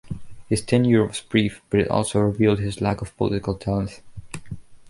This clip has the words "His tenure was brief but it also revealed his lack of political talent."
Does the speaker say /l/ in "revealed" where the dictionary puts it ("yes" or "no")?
yes